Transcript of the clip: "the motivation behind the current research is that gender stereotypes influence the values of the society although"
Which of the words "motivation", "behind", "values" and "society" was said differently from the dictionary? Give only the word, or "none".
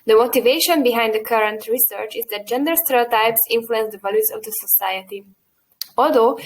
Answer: values